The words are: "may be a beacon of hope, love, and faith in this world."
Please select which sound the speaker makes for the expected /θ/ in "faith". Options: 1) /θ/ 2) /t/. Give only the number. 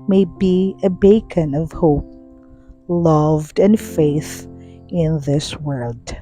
1